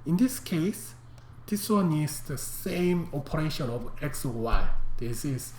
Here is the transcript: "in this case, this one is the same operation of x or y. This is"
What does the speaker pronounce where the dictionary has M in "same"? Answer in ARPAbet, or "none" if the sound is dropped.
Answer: M